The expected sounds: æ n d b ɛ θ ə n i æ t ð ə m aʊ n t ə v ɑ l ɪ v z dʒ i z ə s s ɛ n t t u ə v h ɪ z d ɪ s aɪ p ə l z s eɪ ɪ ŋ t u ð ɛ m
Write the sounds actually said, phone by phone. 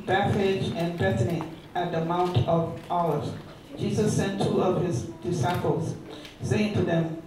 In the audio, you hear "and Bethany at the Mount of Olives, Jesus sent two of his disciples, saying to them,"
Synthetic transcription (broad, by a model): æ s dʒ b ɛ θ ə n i æ t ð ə m aʊ n t ə v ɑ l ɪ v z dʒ i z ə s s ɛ n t t u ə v h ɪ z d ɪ s aɪ p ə l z s eɪ ɪ ŋ t u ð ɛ m